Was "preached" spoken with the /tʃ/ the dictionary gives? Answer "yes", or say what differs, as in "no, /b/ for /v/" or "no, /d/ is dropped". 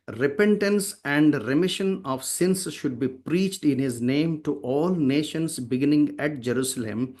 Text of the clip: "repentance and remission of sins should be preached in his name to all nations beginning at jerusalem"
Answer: yes